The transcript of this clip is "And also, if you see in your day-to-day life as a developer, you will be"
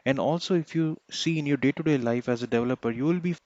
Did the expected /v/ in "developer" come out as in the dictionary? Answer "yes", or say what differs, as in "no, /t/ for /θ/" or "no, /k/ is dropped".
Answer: yes